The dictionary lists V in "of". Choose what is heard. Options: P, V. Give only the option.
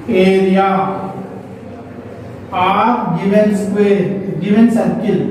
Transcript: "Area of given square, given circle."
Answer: P